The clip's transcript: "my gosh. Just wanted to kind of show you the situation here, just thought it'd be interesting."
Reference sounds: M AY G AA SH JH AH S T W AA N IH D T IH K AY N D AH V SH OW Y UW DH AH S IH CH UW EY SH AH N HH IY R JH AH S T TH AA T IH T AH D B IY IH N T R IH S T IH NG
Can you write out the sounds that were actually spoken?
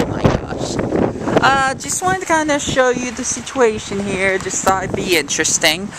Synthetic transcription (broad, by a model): M AY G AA SH JH AH S T W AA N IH T IH K AY N D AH SH OW Y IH DH AH S IH CH UW EY SH AH N HH IY R JH AH S T S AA IH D B IY IH N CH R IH S T IH NG